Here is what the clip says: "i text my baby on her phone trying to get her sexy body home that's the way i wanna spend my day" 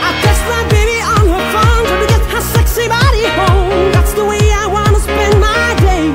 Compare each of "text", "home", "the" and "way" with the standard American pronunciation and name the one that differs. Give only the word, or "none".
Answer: text